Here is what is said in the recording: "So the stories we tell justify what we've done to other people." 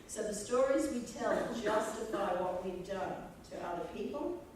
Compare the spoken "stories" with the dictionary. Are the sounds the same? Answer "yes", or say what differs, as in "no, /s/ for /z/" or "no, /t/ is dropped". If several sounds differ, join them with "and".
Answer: yes